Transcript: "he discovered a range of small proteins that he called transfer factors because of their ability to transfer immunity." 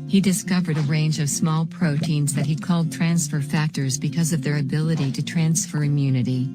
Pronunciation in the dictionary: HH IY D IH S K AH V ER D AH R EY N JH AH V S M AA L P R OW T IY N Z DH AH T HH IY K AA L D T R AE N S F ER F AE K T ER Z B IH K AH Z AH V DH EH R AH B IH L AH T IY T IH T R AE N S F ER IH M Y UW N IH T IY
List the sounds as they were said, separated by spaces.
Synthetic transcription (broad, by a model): HH IY D IH S K AH V ER D AH R EY N JH AH V S M AA L P R OW T IY N Z DH AH T HH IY K AA L D T R AE N S F ER F AE K T ER Z B IH K AH Z AH V DH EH R AH B IH L AH T IY T IH T R AE N S F ER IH M Y UW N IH T IY